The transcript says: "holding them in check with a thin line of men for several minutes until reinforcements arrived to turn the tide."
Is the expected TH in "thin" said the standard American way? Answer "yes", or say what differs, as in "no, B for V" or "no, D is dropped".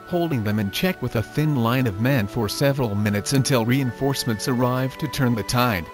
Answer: yes